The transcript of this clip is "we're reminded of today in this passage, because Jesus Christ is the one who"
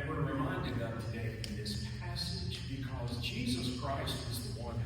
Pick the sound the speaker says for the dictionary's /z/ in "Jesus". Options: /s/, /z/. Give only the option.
/z/